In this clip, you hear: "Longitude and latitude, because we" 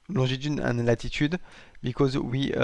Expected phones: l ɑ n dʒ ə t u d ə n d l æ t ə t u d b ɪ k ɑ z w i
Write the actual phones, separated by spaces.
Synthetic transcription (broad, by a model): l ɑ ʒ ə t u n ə n l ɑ t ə t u d b ɪ k ɑ z w i